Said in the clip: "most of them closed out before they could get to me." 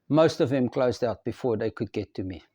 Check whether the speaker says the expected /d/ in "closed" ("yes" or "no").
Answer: yes